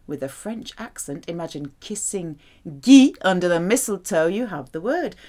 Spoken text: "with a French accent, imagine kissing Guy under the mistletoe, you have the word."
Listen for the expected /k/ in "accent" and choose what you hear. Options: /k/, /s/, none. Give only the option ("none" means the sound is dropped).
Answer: /k/